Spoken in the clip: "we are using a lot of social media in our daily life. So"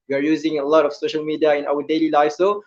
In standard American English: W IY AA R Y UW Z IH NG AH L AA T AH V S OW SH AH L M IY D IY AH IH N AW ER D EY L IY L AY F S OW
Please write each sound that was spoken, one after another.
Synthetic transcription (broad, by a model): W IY AA R Y UW Z IH NG AH L AA T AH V S OW SH AH L M IY D IY AH IH N AW ER D EY L IY L AY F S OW